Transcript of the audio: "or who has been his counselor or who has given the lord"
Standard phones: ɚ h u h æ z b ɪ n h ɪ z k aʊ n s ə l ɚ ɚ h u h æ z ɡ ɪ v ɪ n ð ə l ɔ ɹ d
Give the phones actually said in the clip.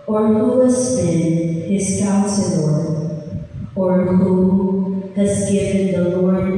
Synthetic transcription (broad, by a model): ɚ h u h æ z b ɪ n h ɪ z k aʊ s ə n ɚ ɚ h u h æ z ɡ ɪ v ɪ n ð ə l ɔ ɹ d